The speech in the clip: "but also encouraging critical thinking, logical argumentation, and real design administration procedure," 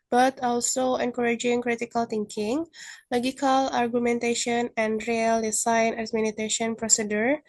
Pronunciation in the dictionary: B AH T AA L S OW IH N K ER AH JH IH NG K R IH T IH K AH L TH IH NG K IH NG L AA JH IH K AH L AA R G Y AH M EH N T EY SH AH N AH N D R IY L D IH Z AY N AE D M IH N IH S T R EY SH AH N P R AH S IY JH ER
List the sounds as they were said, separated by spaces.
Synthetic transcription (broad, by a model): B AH T AA L S OW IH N K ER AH JH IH NG K R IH T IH K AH L T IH NG K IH NG L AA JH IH K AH L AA R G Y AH M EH N T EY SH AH N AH N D R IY L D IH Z AY N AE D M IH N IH T EY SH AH N P R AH S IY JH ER